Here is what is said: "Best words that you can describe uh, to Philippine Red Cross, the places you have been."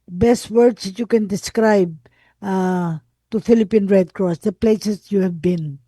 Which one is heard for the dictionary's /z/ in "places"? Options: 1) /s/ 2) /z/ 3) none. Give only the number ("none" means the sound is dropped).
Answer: 1